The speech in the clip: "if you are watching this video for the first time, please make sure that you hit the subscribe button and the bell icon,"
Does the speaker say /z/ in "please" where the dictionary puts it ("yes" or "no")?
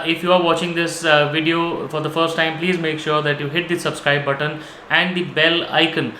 yes